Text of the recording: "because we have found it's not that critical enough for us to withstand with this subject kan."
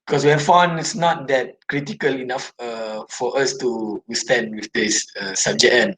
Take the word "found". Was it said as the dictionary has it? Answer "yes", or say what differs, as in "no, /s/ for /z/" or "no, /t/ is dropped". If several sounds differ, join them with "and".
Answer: no, /d/ is dropped